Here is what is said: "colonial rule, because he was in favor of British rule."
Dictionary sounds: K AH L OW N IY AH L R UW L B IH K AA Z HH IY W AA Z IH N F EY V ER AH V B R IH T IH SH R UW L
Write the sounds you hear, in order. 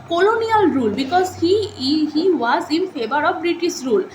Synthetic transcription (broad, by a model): K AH L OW N IY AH L R UW L B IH K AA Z HH IY W AA Z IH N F EY B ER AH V B R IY T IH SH R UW L